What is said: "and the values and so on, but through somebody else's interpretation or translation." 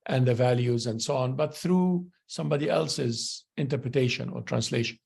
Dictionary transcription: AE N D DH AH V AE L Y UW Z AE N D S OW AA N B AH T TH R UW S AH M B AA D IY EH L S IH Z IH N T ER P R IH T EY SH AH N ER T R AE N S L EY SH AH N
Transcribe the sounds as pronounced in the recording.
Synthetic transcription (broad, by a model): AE N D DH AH V AE L Y UW Z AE N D S OW AA N B AH T TH R UW S AH M B AA D IY EH L S IH Z IH N T ER P R IH T EY SH AH N ER T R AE N S L EY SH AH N